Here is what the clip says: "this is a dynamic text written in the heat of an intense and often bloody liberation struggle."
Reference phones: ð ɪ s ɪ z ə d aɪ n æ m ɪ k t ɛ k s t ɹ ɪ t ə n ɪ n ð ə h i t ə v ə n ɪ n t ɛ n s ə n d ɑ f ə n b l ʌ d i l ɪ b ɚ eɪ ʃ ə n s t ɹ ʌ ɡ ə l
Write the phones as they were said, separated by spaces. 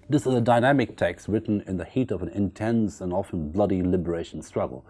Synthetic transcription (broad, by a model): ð ɪ s ɪ z ə d aɪ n æ m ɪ k t ɛ k s t ɹ ɪ t n ɪ n ð ə h i t ə v ə n ɪ n t ɛ n s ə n ɑ f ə n b l ʌ d i l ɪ b ɚ eɪ ʃ n s t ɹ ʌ ɡ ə l